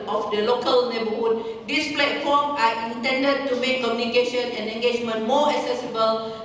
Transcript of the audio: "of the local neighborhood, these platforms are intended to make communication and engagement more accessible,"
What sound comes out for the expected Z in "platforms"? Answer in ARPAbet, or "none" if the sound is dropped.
none